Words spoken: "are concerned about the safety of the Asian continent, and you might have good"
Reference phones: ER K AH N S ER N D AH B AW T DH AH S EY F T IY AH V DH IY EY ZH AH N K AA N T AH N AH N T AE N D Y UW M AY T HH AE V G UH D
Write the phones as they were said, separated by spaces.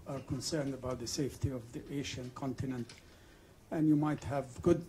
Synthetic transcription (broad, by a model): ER K AH N S ER N D AH B AW T DH AH S EY F T IY AH V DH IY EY SH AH N K AA N T AH N AH N T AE N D Y UW M AY T HH AE V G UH D